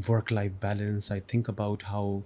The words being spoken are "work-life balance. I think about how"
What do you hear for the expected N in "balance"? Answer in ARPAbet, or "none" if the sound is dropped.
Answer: N